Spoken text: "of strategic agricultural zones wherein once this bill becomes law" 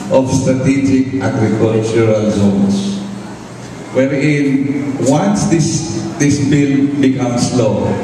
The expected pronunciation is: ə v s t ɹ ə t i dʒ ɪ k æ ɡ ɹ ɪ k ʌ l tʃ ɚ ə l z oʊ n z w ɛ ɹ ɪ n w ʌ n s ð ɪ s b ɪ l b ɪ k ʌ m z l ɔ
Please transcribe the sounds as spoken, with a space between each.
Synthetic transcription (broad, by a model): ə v s t ɹ ə t i dʒ ɪ k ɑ ɡ ɹ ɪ k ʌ l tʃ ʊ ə l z oʊ n s w ɛ ɹ ɪ n w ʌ n s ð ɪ s b ɪ l b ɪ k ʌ m s l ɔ